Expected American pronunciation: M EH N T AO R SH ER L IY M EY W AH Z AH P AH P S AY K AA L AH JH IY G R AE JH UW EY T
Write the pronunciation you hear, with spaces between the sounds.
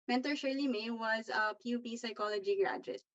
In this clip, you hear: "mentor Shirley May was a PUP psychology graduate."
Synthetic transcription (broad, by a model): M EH N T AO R SH ER L IY M EY W AH Z AH P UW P S AY K AA L AH JH IY G R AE JH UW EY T